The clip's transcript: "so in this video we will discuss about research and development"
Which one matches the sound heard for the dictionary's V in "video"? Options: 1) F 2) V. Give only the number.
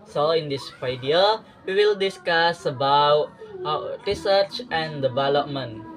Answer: 1